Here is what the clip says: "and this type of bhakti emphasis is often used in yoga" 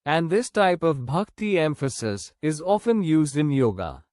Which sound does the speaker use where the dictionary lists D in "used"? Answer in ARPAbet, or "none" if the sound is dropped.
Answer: D